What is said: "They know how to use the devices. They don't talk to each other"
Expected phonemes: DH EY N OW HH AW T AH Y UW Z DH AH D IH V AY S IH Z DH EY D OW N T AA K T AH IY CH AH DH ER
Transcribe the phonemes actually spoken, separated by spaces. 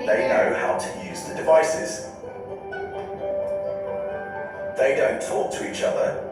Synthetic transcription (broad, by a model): DH EY N OW HH AW T AH Y UW Z DH AH D IH V AY S IH Z DH EY D OW N T AA K T AH IY CH AH DH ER